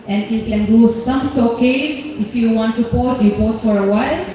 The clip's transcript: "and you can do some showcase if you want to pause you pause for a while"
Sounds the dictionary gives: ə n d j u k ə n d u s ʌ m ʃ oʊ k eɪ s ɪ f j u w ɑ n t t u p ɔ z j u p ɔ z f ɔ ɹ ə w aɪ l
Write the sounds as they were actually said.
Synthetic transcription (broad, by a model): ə n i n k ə n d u s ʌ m s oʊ k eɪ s ɪ f j u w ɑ n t t u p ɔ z j u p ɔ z f ɔ ɹ ə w aɪ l